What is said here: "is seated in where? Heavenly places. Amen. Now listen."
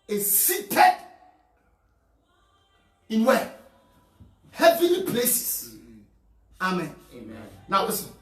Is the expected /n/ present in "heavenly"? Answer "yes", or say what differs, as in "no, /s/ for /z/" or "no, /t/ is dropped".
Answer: no, /n/ is dropped